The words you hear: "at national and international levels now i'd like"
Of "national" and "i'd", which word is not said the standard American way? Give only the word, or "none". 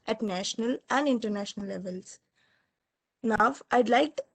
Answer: none